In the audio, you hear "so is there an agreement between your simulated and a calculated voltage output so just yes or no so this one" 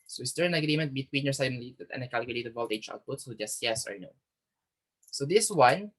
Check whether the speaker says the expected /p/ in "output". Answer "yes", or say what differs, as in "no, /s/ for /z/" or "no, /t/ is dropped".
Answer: yes